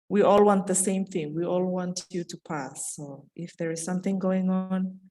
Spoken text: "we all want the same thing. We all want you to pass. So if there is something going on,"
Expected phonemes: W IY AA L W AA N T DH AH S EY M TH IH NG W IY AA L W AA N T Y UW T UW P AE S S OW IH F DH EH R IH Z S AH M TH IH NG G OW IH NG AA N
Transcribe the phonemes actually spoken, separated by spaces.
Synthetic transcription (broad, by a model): W IY AA L W AA N T DH AH S EY M TH IH NG W IY AA L W AA N T Y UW T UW P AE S S OW IH F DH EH R IH Z S AH M TH IH NG G OW IH NG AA N